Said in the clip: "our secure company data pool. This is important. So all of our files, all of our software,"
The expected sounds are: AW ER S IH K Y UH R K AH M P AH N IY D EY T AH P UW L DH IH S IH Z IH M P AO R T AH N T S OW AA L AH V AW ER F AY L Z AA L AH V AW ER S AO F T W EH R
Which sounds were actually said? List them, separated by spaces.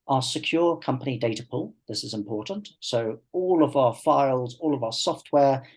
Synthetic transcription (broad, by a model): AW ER S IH K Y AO K AH M P AH N IY D EY T AH P UW L DH IH S IH Z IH M P AO T N T S OW AA L AH V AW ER F AY L Z AA L AH V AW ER S AO F T W EH